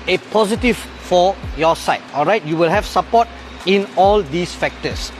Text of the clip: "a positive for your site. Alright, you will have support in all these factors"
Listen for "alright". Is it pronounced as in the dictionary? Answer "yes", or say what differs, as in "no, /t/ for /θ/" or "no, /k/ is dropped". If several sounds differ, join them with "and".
yes